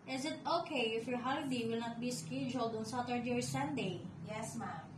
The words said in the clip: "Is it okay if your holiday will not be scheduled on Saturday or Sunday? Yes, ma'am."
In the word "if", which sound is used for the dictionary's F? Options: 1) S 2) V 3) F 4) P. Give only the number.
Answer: 3